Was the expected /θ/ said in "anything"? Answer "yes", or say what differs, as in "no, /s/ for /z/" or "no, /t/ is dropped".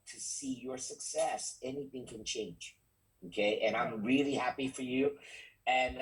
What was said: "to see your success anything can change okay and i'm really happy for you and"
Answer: yes